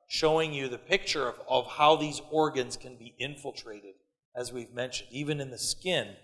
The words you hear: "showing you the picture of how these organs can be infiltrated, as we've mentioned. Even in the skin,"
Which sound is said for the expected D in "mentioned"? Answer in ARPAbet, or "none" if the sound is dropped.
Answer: D